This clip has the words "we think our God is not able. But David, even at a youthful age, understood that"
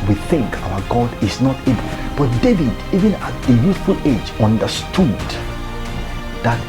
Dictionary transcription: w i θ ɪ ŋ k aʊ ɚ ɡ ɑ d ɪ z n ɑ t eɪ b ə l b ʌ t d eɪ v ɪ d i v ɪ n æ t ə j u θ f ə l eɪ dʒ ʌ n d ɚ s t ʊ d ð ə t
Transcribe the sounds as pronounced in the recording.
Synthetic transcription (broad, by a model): w i θ ɪ ŋ k aʊ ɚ ɡ ɑ d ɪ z n ɑ t eɪ b ə l b ʌ t d eɪ v ɪ d i v ɪ n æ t ə j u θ f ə l eɪ dʒ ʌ n d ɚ s t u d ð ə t